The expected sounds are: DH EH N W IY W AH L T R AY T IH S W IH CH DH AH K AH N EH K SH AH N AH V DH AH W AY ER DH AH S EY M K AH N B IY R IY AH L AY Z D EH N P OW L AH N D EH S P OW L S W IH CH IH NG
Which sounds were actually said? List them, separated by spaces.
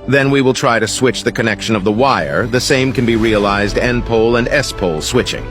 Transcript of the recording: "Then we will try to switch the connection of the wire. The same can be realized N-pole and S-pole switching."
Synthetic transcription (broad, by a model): DH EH N W IY W AH L T R AY T IH S W IH CH DH AH K AH N EH K SH AH N AH V DH AH W AY ER DH AH S EY M K AH N B IY R IY AH L AY Z D EH N P OW L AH N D EH S P OW L S W IH CH IH NG